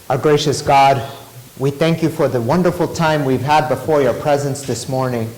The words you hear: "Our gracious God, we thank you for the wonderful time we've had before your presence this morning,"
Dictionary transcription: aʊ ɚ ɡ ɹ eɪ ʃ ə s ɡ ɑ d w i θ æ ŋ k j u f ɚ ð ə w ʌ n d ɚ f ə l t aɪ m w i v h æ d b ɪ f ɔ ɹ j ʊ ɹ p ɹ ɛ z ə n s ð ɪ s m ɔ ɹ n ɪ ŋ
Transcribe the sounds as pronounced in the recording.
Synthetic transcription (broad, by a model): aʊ ɡ ɹ eɪ ʃ ə s ɡ ɑ d w i θ æ ŋ k j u f ɚ ð ə w ʌ n d ɚ f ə l t aɪ m w i v h æ d b ɪ f ɔ ɹ j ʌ ɹ p ɹ ɛ z ə n s ð ɪ s m ɔ ɹ n ɪ ŋ